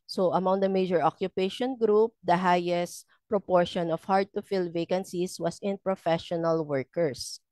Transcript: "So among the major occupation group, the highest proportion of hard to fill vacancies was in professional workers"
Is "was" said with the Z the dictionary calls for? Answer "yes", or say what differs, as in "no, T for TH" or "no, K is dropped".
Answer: no, S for Z